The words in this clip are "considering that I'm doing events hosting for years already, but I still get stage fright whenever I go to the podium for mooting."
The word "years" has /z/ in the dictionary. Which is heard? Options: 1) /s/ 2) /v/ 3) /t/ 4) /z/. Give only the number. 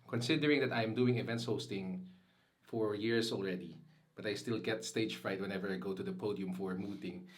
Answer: 1